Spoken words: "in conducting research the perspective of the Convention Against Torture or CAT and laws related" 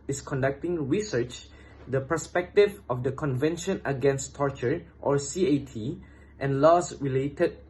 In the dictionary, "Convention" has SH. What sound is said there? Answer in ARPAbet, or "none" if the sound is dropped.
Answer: SH